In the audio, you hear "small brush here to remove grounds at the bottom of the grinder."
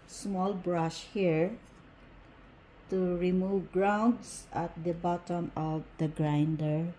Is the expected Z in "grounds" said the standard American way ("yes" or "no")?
no